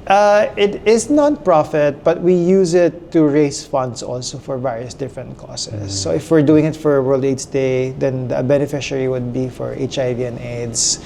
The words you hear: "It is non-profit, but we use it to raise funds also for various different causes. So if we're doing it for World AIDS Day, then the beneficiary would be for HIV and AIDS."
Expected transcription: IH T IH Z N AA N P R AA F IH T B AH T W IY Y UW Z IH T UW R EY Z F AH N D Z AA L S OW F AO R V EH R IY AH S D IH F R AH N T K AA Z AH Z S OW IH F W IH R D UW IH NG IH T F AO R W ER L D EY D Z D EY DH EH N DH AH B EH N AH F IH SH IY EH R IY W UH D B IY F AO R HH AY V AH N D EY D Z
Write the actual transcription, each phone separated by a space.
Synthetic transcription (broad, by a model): IH T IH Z N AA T P R AA F IH T B AH T W IY Y UW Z IH T UW R EY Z F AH N D S AA L S OW F AO R V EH R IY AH S D IH F R AH N T K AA S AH S OW IH F W IH R D UW IH NG IH T F AO R W ER L D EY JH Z D EY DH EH N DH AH B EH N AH F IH SH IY R IY W UH D B IY F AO R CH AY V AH N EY D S